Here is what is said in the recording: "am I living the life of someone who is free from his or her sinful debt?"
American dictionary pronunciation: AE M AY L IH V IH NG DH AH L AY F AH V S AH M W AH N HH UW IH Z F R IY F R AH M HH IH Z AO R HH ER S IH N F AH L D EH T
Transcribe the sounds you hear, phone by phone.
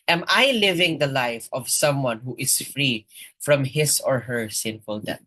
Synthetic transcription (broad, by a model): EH M AY L IH V IH NG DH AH L AY F AH V S AH M W AH N HH UW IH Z F R IY F R AH M HH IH S AO R HH ER S IH N F AH L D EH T